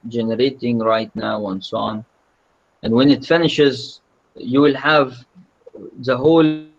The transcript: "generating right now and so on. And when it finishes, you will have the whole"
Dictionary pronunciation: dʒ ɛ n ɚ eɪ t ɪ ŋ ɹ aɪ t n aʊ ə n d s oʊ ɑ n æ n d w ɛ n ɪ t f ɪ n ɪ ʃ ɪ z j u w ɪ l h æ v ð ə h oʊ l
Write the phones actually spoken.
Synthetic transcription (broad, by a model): dʒ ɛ n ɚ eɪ t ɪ ŋ ɹ aɪ t n aʊ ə n s oʊ ɑ n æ n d w ɛ n ɪ t f ɪ n ɪ ʃ ɪ z j u w ɪ l h æ v ð ə h oʊ l